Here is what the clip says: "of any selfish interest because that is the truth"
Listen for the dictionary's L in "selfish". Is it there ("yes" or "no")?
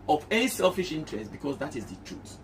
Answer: yes